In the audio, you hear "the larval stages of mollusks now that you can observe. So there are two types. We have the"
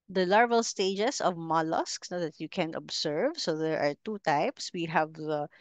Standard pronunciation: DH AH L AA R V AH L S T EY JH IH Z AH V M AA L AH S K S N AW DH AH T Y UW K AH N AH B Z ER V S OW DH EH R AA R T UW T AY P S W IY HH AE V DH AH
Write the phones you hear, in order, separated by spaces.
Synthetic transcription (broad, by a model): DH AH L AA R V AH L S T EY JH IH S AH V M AA L AH S K S N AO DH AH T Y UW K AH N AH B S ER V S OW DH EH R AA R T UW T AY P S W IY HH AE V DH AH